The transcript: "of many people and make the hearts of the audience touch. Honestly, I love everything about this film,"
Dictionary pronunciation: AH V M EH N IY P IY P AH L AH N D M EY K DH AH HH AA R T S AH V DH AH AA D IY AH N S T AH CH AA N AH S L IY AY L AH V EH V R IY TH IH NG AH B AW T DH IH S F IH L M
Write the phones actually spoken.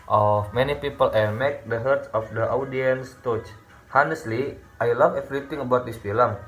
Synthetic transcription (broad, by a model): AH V M EH N IY P IY P AH L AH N M EY K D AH HH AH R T S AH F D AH AA D IY AH N S T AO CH AA N AH S L IY AY L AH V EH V R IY T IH NG AH B AW T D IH S F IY L M